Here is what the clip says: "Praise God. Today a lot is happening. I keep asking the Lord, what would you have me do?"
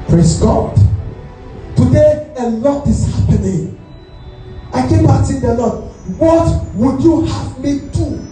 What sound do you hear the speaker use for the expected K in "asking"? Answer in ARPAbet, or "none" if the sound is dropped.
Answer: none